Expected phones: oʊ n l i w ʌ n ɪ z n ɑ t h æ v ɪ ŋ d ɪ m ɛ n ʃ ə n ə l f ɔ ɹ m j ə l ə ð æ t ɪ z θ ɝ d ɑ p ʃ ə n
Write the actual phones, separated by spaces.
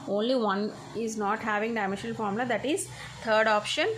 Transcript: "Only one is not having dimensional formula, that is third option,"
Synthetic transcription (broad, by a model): oʊ n l i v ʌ n ɪ z n ɑ t h æ v ɪ ŋ d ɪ ɪ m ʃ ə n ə l f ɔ ɹ m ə l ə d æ t ɪ z t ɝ d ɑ p ʃ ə n